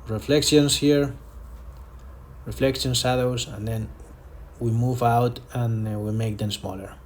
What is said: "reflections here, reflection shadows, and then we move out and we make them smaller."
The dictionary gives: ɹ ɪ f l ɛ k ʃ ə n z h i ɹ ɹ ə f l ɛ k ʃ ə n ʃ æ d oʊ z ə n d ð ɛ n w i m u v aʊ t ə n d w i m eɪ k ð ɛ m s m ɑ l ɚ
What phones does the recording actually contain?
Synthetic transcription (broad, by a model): ɹ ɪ f l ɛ k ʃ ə n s h i ɹ ɹ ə f l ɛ k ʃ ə n s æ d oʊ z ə n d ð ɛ n w i m u v aʊ t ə n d w i m eɪ k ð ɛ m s m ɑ l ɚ